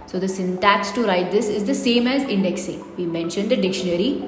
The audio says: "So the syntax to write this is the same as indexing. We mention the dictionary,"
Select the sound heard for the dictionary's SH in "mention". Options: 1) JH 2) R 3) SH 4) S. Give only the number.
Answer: 3